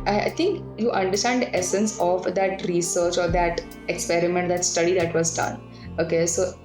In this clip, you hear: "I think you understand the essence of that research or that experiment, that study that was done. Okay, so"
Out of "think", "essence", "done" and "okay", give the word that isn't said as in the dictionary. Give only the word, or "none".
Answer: think